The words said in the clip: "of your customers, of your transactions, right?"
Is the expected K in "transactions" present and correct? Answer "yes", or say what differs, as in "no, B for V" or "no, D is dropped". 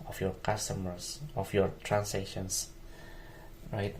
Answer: no, K is dropped